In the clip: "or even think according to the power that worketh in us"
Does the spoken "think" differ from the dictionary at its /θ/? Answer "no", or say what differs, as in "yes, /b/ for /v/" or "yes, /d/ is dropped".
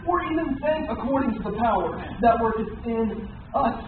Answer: yes, /s/ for /θ/